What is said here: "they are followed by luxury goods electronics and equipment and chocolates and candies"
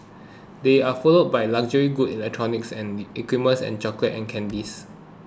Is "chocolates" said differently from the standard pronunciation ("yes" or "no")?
yes